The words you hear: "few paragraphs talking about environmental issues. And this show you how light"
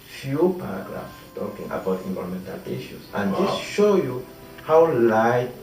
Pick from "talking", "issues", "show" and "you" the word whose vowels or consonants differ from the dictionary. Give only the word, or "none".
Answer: issues